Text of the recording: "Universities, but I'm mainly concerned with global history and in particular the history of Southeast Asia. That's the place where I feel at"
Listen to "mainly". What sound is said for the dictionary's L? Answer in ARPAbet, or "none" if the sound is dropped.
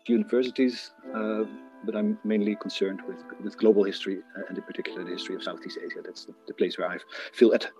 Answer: L